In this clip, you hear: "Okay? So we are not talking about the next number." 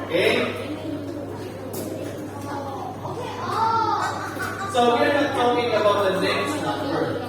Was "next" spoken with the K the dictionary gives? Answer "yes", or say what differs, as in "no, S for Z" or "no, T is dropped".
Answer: no, K is dropped